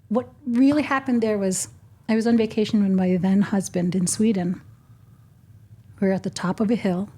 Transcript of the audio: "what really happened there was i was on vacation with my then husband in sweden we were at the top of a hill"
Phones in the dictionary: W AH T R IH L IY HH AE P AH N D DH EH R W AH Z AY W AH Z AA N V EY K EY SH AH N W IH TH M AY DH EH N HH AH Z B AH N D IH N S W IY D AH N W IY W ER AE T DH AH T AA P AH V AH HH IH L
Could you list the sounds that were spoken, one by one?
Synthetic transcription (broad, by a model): W AH T R IH L IY HH AE P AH N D DH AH R W AH Z AY W AH Z N V EY K EY SH N W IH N M AY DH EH N HH AH Z B AH N D IH N S W IY D N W W ER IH T DH AH T AA P AH V AH HH IH L